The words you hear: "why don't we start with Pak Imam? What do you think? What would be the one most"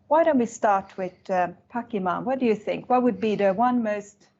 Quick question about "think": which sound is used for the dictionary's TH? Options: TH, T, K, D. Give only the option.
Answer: TH